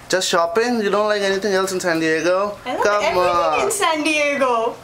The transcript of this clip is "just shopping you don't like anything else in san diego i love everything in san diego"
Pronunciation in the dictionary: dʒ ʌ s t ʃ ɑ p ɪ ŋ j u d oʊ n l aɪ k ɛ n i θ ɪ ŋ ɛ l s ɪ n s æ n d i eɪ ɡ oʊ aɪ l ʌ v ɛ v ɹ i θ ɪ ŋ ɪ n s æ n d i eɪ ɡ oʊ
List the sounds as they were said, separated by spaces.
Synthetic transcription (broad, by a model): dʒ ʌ s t ʃ ɑ p ɪ ŋ j u d oʊ n l aɪ k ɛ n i t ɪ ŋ ɛ l s ɪ n s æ n d i eɪ ɡ oʊ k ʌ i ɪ ɪ n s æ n d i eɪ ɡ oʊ